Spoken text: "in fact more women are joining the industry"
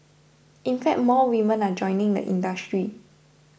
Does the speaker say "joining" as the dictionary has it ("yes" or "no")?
yes